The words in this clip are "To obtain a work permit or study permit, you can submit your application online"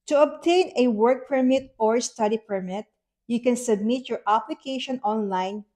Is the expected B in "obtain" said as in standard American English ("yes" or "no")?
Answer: yes